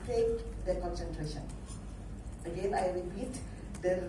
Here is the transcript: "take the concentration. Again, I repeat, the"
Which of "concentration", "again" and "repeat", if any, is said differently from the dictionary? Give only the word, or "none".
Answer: none